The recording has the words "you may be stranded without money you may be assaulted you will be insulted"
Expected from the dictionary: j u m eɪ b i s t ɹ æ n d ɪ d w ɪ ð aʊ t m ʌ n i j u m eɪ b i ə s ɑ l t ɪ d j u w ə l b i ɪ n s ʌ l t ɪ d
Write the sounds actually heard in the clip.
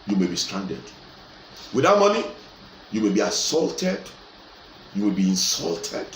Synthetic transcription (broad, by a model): j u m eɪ b i s t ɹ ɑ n d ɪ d w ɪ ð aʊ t m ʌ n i j u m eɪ b i ə s ɑ l t ɪ d j u w ə l b i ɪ n s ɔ l t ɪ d